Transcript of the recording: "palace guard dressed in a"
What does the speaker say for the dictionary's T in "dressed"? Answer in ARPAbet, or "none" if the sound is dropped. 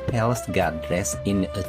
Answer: none